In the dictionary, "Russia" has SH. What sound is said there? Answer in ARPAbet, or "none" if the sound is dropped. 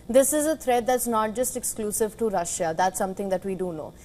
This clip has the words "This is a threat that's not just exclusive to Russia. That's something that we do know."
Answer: SH